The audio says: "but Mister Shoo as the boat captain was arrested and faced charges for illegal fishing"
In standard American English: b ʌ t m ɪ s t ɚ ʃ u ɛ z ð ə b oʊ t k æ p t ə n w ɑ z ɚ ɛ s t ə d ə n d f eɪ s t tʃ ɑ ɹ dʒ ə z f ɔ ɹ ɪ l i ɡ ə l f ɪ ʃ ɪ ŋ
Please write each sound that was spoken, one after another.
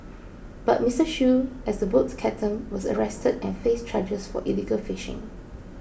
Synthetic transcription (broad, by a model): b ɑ t m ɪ s t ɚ ʃ u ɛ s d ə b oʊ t k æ t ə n w ɑ s ɚ ɛ s t ə d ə n f eɪ s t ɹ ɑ dʒ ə s f ɔ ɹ ɪ l i ɡ ə l f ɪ ʃ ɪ ŋ